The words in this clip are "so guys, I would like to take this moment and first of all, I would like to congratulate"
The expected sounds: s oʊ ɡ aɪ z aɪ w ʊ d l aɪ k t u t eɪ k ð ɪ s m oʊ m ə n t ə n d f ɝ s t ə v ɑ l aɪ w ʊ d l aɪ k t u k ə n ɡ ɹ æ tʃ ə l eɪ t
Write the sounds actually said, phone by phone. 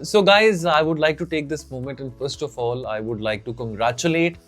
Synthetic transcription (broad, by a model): s oʊ ɡ aɪ z aɪ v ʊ d l aɪ k t u t eɪ k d ɪ s m oʊ m ə n t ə n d f ɝ s t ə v ɑ l aɪ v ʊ d l aɪ k t u k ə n ɡ ɹ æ tʃ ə l eɪ t